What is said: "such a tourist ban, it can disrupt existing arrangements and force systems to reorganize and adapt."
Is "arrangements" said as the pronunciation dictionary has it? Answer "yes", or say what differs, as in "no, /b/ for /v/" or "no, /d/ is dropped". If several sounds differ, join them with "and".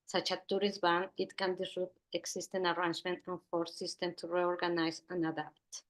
no, /s/ is dropped